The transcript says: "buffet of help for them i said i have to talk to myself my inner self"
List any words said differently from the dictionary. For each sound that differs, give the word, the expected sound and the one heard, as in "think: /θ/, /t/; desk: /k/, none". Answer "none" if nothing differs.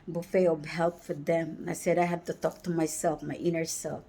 of: /v/, /b/